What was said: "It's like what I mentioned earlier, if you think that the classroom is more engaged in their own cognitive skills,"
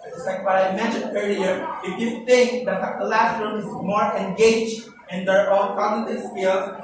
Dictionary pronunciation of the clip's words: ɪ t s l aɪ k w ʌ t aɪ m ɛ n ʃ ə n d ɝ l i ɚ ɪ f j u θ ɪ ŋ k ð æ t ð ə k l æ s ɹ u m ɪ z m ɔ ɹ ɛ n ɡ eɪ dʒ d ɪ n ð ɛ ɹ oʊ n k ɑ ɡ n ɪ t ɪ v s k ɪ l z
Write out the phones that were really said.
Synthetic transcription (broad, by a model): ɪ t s l aɪ k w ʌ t aɪ m ɛ n ʃ ə n d ɝ l i ɚ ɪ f j u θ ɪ ŋ k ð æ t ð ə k l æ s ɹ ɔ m ɪ z m ɔ ɹ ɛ n ɡ eɪ dʒ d ɪ n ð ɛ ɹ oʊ l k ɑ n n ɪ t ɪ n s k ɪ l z